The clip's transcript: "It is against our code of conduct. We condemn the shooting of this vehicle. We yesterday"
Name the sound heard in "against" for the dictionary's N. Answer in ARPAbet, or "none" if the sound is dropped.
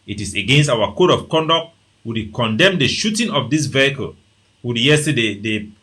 N